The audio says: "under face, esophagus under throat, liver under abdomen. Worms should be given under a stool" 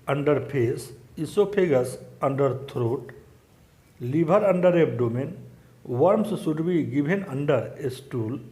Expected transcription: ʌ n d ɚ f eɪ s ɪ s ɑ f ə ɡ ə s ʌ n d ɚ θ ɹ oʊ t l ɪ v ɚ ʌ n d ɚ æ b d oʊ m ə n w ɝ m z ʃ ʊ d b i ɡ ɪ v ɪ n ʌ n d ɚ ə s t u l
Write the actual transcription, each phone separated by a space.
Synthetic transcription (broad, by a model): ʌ n d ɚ p eɪ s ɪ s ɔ p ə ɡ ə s ʌ n d ɚ t ɹ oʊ t l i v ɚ ʌ n d ɚ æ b d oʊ m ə n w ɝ m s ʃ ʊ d b i ɡ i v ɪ n ʌ n d ɚ ə s t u l